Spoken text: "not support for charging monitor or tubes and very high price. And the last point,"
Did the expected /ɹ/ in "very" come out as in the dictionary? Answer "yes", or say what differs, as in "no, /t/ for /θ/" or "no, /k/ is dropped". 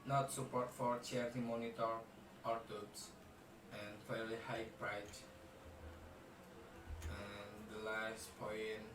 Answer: no, /l/ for /ɹ/